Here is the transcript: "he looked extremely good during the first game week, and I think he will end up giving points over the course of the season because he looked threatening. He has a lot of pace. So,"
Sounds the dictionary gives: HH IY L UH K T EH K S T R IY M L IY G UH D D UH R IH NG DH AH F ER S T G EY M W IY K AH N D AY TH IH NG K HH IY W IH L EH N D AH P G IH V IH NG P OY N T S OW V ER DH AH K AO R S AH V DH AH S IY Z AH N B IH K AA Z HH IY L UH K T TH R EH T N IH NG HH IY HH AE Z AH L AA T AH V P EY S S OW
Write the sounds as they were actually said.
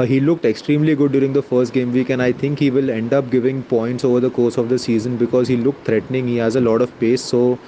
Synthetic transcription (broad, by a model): HH IY L UH K T EH K S T R IY M L IY G UH D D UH R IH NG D AH F ER S T G EY M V IY K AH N AY T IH NG K HH IY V IH L EH N D AH P G IH V IH NG P OY N T S OW V ER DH AH K AO R S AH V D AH S IY Z AH N B IH K AA Z HH IY L UH K T T R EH T N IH NG HH IY HH AE Z AH L AA T AH V P EY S S OW